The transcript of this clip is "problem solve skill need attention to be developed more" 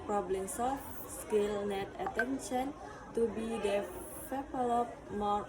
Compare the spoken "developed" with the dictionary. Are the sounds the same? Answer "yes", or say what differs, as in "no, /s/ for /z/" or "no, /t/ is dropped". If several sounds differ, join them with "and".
no, /f/ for /v/